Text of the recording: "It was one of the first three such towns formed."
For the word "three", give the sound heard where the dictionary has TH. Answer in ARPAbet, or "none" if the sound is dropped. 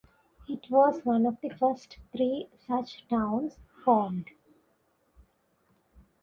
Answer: T